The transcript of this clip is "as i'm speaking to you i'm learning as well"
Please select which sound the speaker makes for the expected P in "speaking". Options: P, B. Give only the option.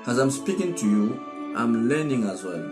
P